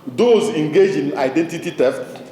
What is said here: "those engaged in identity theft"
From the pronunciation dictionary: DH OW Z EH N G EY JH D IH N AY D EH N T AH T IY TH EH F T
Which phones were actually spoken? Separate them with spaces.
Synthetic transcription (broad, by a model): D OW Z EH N G EY JH IH N AY D EH N T AH T IY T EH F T